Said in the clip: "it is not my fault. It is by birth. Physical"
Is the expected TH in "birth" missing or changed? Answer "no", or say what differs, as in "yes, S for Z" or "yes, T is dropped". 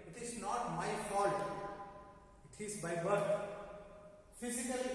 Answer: yes, T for TH